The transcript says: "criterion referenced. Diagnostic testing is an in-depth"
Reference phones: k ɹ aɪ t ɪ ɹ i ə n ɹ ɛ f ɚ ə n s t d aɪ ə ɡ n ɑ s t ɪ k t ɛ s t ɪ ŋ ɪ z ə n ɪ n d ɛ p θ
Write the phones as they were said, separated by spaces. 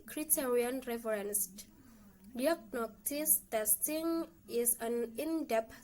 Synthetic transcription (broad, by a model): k ɹ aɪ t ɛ ɹ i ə n ɹ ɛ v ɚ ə n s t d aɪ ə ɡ n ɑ t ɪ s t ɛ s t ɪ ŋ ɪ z ə n ɪ n d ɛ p